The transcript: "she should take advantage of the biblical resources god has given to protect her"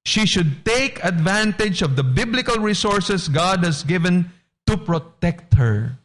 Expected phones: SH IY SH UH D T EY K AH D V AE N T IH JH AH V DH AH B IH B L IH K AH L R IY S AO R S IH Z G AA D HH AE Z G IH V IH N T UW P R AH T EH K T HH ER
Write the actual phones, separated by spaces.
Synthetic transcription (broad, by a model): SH IY SH UH D T EY K AH D V AE N T IH JH AH V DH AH B IH B L IH K AH L R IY S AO R S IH S G AA D HH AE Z G IH V IH N T UW P R AH T EH K T HH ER